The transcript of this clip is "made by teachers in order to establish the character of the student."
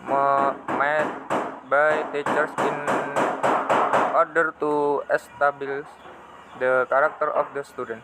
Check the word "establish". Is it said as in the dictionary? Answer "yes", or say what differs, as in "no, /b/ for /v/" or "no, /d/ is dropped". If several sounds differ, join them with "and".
no, /l/ is dropped